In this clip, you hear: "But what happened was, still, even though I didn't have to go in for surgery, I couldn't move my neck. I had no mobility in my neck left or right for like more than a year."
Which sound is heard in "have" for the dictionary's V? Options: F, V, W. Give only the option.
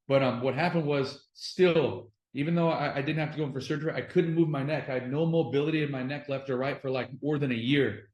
F